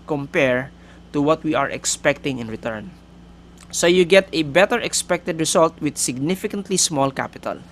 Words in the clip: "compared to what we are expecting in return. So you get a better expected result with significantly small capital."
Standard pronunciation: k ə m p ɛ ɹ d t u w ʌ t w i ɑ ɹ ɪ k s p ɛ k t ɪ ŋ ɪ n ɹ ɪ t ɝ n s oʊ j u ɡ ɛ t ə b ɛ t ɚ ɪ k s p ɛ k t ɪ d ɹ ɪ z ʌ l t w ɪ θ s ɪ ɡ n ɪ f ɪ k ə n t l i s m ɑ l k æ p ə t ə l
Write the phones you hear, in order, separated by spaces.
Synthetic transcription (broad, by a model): k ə m p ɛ ɹ t u w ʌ t w i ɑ ɹ ɪ k s p ɛ k t ɪ ŋ ɪ n ɹ ɪ t ɝ n s oʊ j u ɡ ɛ t ə b ɛ t ɚ ɪ k s p ɛ k t ɪ d ɹ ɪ s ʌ l t w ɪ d s ɪ ɡ n ɪ f ɪ k ə n t l i s m ɑ l k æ p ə t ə l